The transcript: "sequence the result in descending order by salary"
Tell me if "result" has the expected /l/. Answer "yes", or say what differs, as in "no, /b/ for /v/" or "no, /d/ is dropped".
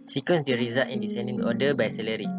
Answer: no, /l/ is dropped